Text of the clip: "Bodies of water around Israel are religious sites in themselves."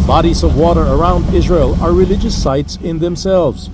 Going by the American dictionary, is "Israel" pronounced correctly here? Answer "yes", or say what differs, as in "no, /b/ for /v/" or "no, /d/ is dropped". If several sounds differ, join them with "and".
yes